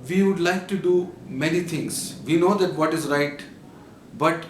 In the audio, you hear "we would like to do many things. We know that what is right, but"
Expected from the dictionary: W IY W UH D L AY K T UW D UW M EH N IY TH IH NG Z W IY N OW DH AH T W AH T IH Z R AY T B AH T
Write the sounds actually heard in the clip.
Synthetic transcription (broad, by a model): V IY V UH D L AY K T UW D UW M EH N IY T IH NG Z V IY N OW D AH T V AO T IH Z R AY T B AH T